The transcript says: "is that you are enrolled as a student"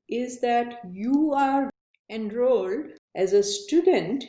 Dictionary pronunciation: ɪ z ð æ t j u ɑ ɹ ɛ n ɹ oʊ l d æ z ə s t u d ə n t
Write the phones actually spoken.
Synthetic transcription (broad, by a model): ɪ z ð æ t j u ɑ ɹ ɛ n ɹ oʊ l d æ z ə s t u d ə n t